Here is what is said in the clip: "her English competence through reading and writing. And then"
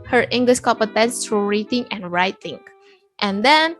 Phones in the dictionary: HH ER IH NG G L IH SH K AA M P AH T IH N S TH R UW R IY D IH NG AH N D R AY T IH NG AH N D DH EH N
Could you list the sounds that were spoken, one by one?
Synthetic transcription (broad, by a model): HH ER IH NG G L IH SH K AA P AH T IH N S T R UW R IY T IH NG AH N R AY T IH NG AH N D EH N